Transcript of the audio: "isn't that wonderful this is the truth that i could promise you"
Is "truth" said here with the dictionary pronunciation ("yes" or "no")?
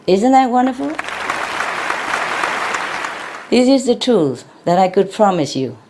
no